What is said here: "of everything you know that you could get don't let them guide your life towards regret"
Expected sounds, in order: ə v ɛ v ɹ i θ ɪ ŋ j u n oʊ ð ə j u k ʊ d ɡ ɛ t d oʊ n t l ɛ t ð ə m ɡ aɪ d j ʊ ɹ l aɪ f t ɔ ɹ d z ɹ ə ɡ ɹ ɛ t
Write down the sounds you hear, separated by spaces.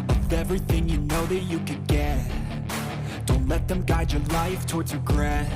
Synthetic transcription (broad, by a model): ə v ɛ v ɹ i θ ɪ ŋ j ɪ n oʊ ð ə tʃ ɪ k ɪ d ɡ ɛ t d oʊ n t l ɛ t ð ə m ɡ aɪ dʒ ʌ ɹ l aɪ f t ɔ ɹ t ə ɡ ɹ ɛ